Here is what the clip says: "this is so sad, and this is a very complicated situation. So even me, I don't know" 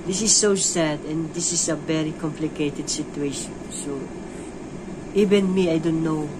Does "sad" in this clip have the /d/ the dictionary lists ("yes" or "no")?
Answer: yes